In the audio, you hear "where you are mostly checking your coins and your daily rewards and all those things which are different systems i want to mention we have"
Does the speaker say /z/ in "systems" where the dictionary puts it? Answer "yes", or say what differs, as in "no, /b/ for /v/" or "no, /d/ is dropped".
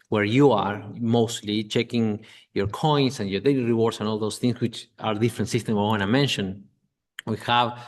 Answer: no, /z/ is dropped